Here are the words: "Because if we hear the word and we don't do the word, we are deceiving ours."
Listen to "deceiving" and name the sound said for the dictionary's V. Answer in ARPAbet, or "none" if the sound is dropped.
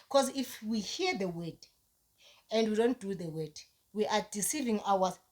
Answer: V